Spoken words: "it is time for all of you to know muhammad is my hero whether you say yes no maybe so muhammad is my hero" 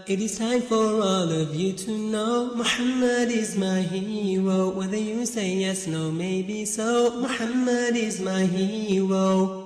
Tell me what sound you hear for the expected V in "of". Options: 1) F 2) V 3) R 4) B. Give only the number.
2